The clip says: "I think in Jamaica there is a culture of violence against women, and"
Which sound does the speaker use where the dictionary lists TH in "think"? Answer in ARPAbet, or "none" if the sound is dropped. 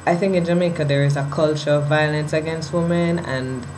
TH